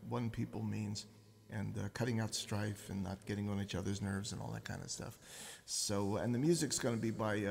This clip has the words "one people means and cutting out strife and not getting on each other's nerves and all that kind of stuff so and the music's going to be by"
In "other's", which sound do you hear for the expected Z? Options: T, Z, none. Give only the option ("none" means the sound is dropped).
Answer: Z